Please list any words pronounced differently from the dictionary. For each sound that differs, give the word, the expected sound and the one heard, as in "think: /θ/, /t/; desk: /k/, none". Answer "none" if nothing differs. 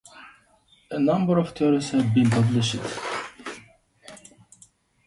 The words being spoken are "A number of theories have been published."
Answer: theories: /θ/, /t/; theories: /z/, /s/